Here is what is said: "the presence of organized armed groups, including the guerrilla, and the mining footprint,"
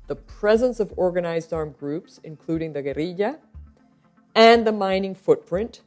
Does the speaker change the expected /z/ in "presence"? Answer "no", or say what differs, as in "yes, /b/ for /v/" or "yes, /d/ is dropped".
no